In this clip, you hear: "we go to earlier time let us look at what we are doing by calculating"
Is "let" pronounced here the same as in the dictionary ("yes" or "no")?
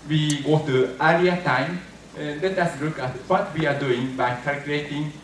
no